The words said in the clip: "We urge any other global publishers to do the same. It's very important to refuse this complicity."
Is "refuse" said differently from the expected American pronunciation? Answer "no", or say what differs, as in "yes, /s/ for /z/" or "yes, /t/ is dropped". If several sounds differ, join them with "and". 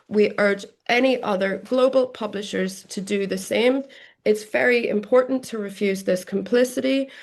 no